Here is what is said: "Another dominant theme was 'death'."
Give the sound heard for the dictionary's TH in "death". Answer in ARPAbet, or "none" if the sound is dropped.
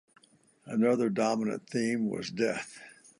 TH